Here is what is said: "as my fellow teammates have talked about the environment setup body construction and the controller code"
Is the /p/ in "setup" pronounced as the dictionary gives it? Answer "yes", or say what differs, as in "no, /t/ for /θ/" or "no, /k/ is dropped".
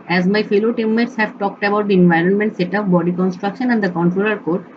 no, /f/ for /p/